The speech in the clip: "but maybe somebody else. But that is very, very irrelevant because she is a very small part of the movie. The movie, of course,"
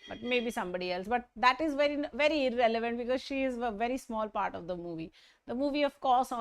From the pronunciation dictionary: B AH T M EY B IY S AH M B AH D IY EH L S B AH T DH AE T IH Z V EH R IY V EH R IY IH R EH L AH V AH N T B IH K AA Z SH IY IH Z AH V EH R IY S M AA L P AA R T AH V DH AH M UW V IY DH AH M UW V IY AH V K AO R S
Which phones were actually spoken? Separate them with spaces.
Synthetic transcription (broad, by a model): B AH T M EY B IY S AH M B AH D IY EH L S B AH T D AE T IH Z V EH R IY V EH R IY IH R EH L AH V AH N T B IH K AA Z SH IY IH Z AH V EH R IY S M AA L P AA R T AH V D AH M UW V IY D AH M UW V IY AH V K AO R S